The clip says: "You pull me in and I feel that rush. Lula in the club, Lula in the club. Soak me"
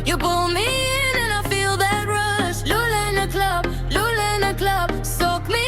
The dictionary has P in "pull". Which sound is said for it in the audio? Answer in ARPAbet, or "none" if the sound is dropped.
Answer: B